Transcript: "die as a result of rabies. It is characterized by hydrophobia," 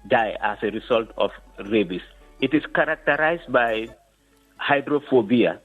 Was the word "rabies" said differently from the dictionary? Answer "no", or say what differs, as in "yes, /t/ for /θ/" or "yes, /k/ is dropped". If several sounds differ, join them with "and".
yes, /s/ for /z/